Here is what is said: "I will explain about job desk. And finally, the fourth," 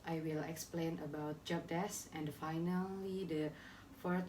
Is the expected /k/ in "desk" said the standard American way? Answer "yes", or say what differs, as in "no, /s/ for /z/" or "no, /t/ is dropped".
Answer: no, /k/ is dropped